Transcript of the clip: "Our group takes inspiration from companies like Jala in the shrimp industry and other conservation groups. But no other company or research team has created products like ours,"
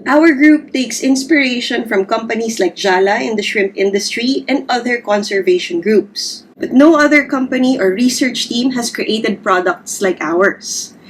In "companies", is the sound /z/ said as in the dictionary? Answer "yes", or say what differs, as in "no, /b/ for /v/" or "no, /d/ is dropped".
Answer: no, /s/ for /z/